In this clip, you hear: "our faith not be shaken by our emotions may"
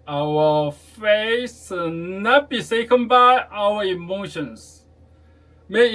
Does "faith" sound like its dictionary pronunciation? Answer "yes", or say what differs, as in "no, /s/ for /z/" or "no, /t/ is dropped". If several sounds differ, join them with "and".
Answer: no, /s/ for /θ/